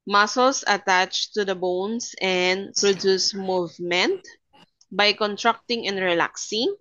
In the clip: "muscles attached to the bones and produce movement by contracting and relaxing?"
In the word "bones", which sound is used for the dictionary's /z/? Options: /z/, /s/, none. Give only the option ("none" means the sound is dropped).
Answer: /s/